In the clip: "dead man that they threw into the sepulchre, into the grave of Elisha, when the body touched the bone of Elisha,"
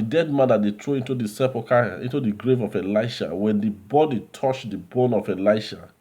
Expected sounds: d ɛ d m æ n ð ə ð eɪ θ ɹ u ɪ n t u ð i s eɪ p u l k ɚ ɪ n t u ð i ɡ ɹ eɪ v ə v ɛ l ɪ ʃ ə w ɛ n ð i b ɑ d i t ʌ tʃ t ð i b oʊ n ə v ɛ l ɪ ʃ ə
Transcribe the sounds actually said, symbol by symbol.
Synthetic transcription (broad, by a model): d ɛ d m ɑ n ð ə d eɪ t ɹ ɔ ɪ n t u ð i s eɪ p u k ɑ ɪ n t u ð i ɡ ɹ eɪ v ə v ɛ l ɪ ʃ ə w ɛ n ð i b ɑ d i t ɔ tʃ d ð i b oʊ n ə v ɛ l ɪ ʃ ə